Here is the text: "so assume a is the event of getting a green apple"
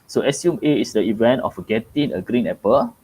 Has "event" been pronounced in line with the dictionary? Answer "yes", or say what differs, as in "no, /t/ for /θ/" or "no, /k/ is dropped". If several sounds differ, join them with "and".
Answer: yes